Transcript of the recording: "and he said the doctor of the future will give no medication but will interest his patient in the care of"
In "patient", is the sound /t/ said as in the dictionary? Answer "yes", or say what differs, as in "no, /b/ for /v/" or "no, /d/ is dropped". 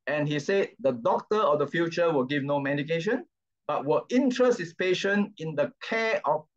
no, /t/ is dropped